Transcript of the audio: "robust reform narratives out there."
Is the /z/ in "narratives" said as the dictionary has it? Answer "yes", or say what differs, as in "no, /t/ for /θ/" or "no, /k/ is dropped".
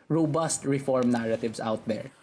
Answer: no, /s/ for /z/